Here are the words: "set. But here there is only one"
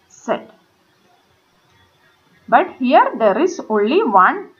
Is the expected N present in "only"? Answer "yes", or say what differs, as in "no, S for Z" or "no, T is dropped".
yes